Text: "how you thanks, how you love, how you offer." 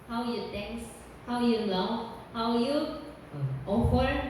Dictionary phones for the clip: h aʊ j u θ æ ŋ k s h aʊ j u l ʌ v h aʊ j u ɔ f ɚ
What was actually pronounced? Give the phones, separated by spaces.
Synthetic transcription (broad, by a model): h aʊ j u t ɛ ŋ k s h aʊ j u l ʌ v h aʊ j u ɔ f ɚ